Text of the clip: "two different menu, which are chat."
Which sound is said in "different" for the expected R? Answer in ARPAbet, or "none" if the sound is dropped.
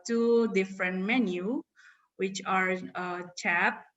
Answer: R